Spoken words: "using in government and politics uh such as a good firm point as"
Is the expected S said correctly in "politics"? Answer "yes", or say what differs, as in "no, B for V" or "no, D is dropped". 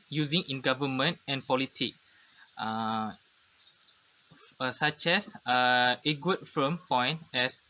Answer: no, S is dropped